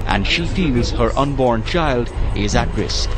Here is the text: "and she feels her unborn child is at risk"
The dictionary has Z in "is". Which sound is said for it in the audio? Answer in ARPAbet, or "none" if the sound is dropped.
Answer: Z